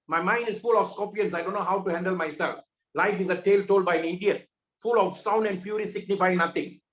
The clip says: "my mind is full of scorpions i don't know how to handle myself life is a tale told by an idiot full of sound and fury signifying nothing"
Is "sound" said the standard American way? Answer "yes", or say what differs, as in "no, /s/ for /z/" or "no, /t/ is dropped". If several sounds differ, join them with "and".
yes